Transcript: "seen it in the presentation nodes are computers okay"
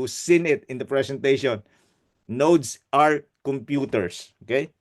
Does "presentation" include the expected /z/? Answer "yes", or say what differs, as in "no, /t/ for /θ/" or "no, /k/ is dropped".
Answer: no, /s/ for /z/